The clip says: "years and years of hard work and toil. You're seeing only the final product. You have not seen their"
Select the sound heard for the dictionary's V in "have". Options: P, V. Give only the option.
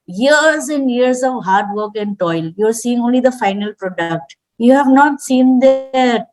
V